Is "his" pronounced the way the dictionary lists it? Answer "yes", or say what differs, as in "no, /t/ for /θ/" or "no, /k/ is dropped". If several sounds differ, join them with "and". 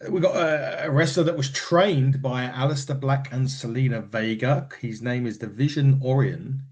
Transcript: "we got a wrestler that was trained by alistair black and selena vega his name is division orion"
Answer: yes